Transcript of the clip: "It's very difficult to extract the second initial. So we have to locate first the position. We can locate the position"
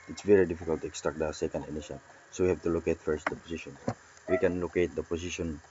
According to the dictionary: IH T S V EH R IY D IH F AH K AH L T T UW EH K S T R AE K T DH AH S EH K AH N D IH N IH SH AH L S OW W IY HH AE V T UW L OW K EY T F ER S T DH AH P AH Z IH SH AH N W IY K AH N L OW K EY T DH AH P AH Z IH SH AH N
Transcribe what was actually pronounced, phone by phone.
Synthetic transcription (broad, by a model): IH T S V EH R IY D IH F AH K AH L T T UW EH K S T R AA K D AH S EH K AH N D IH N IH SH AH N S OW W IY HH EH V T UW L OW K EY T F ER S T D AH P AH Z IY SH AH N W IY K AH N L OW K EY T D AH P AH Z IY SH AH N